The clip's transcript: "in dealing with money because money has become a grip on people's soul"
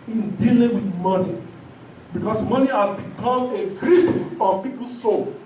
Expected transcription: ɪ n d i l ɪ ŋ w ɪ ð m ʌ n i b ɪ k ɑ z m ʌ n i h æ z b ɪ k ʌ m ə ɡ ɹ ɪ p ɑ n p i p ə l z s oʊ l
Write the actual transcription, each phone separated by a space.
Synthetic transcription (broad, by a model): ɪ n d i l ɪ ŋ w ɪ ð m ʌ n i b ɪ k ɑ s m ʌ n i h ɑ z b ɪ k ʌ m ə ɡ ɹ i f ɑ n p i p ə l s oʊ